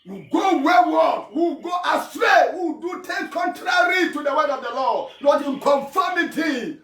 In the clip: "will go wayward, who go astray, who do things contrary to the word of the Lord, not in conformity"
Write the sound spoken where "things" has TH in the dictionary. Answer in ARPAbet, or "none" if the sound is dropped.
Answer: T